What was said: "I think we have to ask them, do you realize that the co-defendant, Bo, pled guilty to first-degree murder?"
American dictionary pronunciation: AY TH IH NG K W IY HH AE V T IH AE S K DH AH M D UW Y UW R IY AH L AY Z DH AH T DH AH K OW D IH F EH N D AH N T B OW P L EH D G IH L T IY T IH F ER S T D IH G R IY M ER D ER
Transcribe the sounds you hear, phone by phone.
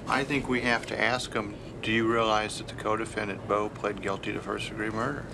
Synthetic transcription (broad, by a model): AY TH IH NG K W IY HH AE F T IH AE S K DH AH M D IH Y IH R IY AH L AY Z DH AH T DH AH K OW D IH F EH N D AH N B OW P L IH D G IH L T IY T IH F ER S D IH G R IY M ER D ER